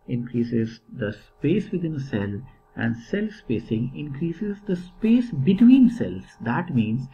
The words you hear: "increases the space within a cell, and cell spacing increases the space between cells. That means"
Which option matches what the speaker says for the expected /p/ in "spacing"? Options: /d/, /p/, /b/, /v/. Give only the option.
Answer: /p/